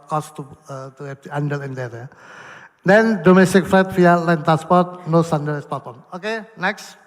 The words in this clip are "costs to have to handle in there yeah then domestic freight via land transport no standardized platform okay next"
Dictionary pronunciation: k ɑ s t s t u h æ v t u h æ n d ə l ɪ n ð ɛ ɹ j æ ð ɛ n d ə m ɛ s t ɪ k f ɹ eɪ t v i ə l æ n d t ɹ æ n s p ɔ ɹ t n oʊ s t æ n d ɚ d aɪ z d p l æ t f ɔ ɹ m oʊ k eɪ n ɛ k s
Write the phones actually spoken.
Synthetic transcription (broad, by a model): k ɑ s t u t u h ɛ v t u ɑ n d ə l ɪ n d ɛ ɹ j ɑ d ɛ n d ə m ɛ s t ɪ k f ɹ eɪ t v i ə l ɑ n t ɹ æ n s p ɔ ɹ t n oʊ s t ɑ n d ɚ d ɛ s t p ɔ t ɔ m oʊ k eɪ n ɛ k s